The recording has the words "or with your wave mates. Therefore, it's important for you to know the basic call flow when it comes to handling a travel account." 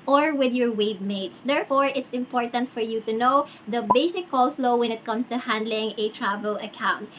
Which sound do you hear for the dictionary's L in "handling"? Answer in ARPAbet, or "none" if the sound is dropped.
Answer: L